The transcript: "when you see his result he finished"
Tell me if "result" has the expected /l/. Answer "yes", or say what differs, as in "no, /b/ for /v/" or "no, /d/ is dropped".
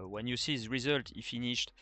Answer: yes